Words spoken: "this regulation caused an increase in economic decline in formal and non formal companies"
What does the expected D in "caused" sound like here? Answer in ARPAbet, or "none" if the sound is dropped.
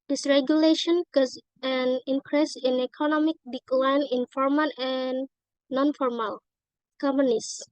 none